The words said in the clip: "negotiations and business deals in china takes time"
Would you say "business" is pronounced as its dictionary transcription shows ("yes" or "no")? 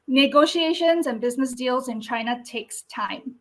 yes